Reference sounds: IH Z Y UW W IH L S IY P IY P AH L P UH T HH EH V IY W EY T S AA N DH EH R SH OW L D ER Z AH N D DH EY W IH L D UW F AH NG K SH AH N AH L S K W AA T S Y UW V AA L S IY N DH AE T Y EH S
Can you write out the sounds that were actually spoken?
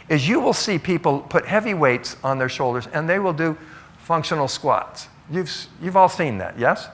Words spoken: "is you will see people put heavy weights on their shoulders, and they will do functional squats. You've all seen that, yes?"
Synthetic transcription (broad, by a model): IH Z Y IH W IH L S IY P IY P L P UH T HH EH V IY W EY T S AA N DH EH R SH OW L D ER Z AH N DH EY W IH L D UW F AH NG K SH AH N L S K W AA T S Y UW V AA L S IY N DH AE T Y EH S